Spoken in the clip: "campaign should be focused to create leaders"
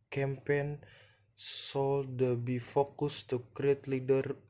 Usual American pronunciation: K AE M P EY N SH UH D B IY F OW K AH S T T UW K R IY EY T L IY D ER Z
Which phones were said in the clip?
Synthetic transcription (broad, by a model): K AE M P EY N S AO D B IY F OW K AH S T T UW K R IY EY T L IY D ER